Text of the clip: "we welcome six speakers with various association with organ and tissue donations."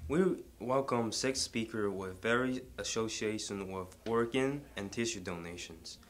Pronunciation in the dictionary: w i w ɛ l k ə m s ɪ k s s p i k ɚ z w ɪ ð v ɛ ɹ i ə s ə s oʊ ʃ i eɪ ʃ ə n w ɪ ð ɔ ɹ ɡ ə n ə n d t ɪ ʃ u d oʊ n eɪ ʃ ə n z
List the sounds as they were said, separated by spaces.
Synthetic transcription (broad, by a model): w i w ɛ l k ə m s ɪ k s s p i k ɚ w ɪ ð v ɛ ɹ i ə s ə ʊ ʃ i eɪ ʃ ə n w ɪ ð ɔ ɹ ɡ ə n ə n t ɪ ʃ u d oʊ n eɪ ʃ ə n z